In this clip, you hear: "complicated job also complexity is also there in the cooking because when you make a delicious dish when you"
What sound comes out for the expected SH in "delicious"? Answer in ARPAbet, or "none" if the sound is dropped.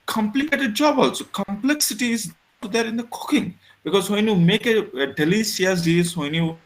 S